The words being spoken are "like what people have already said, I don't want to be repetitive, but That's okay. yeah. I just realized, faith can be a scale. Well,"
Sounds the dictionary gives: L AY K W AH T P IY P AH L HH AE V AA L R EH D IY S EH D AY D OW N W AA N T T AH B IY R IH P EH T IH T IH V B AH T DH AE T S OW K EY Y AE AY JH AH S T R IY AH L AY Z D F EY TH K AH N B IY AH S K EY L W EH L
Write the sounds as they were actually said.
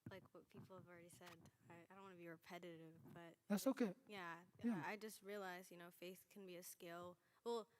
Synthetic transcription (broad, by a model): L AY K W AH T P IY P L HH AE V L R EH D IY S EH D AY D OW N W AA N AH B IY R IH P EH T IH T IH V B AH T DH AE T S OW K EY Y AE AY JH AH S T R IY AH L AY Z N F EY TH K N B IY AH S K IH L W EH L